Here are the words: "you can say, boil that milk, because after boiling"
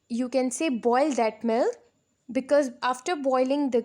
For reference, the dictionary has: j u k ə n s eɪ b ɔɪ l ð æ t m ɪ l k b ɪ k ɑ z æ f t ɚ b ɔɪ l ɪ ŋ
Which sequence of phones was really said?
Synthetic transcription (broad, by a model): j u k ə n s eɪ b ɔɪ l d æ t m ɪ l b ɪ k ɑ z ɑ f t ɚ b ɔɪ l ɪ ŋ